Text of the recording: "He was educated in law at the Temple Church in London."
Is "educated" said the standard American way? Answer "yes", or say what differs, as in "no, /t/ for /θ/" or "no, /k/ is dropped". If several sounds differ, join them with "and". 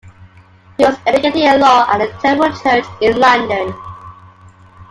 no, /d/ is dropped